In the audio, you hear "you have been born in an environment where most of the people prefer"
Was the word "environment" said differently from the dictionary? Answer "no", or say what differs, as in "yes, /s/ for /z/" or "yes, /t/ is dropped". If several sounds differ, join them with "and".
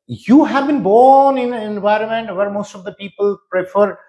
no